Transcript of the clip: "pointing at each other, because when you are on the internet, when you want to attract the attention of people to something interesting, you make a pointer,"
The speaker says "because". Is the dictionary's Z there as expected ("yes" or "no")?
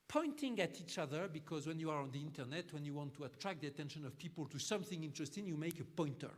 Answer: yes